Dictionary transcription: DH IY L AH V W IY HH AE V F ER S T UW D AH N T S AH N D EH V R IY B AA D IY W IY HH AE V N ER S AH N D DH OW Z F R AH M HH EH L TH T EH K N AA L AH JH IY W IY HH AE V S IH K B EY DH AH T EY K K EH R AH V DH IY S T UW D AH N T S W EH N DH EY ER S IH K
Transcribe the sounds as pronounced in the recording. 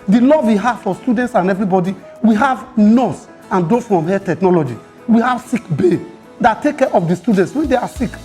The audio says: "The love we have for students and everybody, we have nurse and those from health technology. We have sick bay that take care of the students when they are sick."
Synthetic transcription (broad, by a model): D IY L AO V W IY HH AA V F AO S T UW D AH N T S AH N EH V R IY B AA D IY W IY HH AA V N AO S AH N D OW F R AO M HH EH T EH K N AA L AH JH IY W IY HH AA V S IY K B EY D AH T EY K K EH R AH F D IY S T UW D AH N T S W EH N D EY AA S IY K